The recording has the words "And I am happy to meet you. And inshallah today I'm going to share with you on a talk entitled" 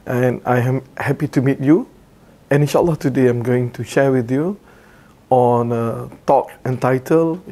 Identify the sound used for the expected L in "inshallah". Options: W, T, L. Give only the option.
L